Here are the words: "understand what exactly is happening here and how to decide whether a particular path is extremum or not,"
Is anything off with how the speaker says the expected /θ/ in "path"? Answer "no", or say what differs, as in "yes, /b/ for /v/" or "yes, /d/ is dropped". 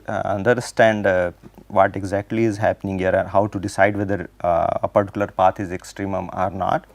yes, /t/ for /θ/